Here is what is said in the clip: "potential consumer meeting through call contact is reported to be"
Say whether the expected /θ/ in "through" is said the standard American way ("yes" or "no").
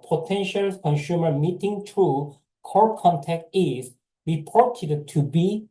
no